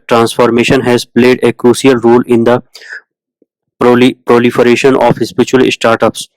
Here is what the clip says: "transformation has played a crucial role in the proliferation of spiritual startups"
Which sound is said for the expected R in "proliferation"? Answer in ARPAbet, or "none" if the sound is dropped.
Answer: R